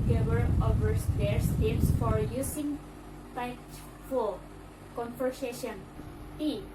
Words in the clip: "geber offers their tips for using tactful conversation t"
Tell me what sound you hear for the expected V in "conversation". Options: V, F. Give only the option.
F